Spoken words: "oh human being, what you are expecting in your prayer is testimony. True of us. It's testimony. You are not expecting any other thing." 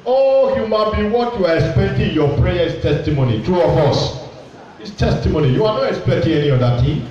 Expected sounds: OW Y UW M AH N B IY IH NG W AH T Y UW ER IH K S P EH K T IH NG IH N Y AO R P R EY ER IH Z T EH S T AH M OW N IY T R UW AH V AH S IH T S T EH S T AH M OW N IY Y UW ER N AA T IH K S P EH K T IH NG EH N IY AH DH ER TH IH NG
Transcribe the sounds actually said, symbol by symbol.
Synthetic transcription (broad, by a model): OW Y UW M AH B IY W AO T Y UW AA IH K S P EH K T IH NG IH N Y AO P R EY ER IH S T EH S T AH M OW N IY T R UW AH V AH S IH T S T EH S T AH M OW N IY Y UW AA N AA T IH K S P EH K T IH NG EH N IY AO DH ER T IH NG